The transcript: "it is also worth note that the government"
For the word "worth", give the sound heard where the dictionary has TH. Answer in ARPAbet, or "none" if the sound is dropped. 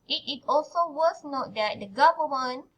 S